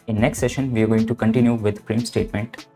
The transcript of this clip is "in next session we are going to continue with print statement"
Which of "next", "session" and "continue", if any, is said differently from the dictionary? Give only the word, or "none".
none